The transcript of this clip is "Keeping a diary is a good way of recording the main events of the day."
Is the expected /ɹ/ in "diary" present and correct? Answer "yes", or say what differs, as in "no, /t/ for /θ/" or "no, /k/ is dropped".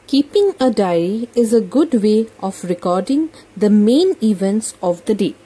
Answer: no, /ɹ/ is dropped